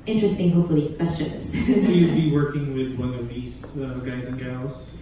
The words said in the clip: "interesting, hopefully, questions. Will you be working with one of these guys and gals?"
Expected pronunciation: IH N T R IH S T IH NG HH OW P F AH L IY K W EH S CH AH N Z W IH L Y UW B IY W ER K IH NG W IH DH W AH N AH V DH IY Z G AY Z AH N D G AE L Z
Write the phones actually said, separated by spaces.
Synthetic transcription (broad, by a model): IH N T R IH S T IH NG HH OW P F L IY K W EH S CH AH N Z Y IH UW B IY W ER K IH NG W IH DH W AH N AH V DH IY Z G AY Z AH N G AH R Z